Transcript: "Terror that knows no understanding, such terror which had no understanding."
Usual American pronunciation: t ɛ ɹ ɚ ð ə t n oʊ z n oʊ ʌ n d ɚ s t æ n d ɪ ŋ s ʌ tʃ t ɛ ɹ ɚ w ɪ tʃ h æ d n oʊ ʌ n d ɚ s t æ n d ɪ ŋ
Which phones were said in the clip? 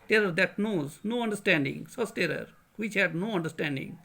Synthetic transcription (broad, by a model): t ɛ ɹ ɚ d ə t n oʊ z n oʊ ʌ n d ɚ s t æ n d ɪ ŋ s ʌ s t ɛ ɹ ɚ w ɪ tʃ h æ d n oʊ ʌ n d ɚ s t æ n d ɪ ŋ